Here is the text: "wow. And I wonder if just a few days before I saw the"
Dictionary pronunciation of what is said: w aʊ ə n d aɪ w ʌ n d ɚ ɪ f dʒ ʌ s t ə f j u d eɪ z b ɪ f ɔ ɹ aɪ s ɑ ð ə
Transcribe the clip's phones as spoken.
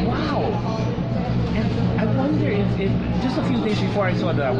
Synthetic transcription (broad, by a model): w aʊ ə n aɪ w ʌ n d ɚ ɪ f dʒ ʌ s t ə f j u d eɪ z b ɪ f ɔ ɹ aɪ s ɑ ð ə